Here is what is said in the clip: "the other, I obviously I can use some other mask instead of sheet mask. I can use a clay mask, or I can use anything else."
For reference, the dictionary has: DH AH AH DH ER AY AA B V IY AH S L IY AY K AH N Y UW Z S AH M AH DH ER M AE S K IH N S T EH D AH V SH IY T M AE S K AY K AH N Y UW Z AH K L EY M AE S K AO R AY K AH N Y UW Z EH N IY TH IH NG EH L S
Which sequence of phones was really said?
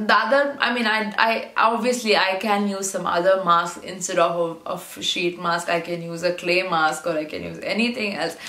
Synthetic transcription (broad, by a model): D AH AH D ER AY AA B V IY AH S L IY AY K AH N Y UW Z S AH M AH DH ER M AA S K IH N S T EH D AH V SH IY T M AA S K AY K AH N Y UW Z AH K L EY M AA S K AO R AY K AH N Y UW Z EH N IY T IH NG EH L S